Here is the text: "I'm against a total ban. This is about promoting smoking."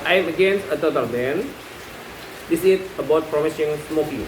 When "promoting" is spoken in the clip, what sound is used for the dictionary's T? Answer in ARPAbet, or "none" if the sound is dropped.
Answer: S